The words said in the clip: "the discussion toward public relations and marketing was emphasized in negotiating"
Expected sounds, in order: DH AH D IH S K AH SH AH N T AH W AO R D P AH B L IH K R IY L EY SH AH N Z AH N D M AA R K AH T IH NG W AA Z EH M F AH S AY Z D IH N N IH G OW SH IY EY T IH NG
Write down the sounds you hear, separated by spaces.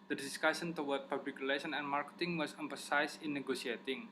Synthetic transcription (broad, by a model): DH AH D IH S K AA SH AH N T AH W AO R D P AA B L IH K R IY L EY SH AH N AH N M AA R K AH T IH NG W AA S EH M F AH S AY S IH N N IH G OW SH IY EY T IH NG